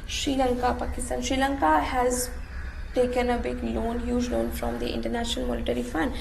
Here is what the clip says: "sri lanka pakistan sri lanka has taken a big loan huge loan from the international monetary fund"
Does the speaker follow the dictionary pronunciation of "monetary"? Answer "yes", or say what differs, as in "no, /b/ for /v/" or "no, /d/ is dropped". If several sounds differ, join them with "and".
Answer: no, /l/ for /n/